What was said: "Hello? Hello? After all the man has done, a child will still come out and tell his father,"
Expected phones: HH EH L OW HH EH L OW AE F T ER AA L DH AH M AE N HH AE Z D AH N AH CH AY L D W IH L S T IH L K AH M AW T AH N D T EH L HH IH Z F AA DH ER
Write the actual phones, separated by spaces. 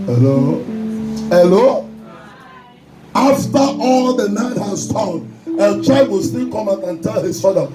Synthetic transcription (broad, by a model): HH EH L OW HH EH L OW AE F T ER AA L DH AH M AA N HH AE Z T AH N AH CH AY D W IH L S T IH L K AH M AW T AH N T EH L HH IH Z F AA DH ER